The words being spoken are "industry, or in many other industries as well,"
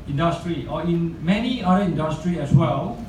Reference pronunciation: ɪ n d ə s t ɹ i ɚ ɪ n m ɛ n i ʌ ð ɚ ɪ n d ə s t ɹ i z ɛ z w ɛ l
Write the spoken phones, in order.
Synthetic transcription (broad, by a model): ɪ n d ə s t ɹ i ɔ ɪ n m ɛ n i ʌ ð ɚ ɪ n d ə s t ɹ i ɛ s w ɛ l